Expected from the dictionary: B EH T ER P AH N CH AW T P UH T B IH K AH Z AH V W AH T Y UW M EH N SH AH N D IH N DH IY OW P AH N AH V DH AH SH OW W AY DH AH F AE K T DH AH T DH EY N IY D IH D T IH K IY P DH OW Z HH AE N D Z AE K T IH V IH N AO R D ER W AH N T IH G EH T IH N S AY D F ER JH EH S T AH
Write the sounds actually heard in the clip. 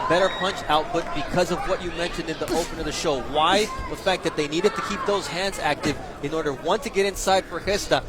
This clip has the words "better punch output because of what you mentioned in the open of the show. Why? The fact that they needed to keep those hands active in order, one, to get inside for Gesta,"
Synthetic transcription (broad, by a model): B EH T ER P AH N CH AW T P UH T B IH K AH Z AH V W AH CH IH M EH N SH AH N D IH N DH IY OW P AH N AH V DH AH SH OW W AY DH AH F AE K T DH AH T DH EY N IY D IH D T IH K IY P DH OW Z HH AE N D Z AE K T IH V IH N AO R D ER W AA N T IH G EH T IH N S AY D F ER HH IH S T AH